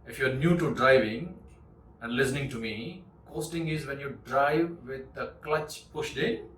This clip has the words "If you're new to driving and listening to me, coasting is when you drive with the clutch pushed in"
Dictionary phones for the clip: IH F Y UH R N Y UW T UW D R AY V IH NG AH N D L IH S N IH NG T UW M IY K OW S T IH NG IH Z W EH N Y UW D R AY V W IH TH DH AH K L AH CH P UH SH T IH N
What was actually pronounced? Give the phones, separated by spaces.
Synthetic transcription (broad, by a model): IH F Y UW R N Y UW T UW D R AY V IH NG AH N D L IH S N IH NG T UW M IY K OW S T IH NG IH Z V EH N Y UW D R AY V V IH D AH K L AH CH P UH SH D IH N